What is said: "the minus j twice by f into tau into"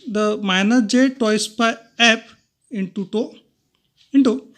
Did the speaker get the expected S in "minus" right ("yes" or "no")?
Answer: no